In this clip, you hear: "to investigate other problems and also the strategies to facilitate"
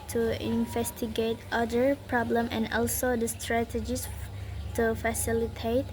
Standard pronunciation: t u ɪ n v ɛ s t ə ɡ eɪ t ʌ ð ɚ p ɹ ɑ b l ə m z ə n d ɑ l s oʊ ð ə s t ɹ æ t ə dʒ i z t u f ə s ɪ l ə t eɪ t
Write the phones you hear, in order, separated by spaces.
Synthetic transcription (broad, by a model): t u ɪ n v ɛ s t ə ɡ eɪ t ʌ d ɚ p ɹ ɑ b l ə m ə n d ɑ l s oʊ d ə s t ɹ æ t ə dʒ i s t u f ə s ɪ l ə t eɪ t